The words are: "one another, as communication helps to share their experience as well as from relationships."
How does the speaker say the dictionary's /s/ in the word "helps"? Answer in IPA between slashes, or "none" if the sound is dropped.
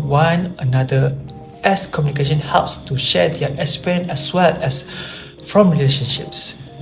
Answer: /s/